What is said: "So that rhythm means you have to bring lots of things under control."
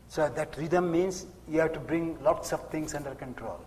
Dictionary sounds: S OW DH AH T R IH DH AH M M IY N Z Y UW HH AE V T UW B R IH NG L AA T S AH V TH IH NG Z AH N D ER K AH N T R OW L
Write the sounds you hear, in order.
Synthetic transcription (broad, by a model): S OW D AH T R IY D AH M M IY N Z Y UW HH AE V T UW B R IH NG L AA T S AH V T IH NG S AH N D ER K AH N T R OW L